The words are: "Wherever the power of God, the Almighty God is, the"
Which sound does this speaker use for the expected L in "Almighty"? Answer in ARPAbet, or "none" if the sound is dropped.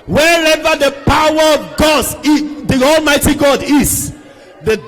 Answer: L